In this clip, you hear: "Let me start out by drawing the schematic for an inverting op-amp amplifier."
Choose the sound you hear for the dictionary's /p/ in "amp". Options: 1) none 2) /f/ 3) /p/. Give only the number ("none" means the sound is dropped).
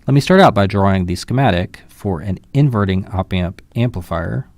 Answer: 3